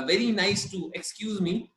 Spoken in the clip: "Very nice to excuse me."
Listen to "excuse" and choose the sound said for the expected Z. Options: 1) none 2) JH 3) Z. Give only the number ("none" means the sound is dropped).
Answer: 3